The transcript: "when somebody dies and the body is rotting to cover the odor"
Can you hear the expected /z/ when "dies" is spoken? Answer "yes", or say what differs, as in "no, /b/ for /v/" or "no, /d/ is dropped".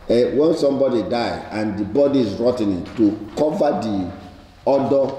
no, /z/ is dropped